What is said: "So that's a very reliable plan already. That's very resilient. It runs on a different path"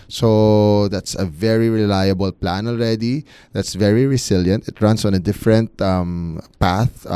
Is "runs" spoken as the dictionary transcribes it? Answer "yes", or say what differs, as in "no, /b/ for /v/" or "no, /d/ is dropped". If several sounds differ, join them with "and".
no, /s/ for /z/